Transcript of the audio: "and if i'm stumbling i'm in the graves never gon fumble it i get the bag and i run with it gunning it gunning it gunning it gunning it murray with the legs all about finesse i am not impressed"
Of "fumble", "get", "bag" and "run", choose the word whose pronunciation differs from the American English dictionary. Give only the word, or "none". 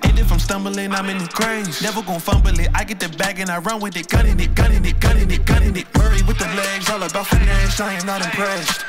none